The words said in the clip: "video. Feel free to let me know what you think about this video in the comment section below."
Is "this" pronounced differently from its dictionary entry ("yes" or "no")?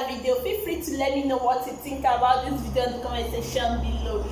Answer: yes